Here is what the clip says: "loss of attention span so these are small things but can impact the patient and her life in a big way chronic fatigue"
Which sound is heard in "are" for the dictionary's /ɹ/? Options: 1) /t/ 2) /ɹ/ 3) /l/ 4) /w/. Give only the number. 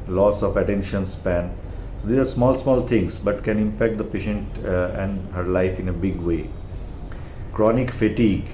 3